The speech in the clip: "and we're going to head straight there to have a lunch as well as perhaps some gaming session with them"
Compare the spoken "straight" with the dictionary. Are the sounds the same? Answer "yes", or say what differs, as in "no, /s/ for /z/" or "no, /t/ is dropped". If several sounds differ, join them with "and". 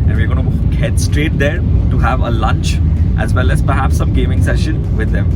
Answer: yes